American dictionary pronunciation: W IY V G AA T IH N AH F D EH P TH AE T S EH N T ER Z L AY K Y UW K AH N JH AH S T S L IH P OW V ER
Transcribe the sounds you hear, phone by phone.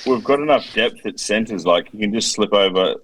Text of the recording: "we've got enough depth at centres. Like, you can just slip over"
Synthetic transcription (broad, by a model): W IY V G AA T IH N AH F D EH P TH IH T S EH N T ER Z L AY K Y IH K AH N JH AH S T S L IH P OW V ER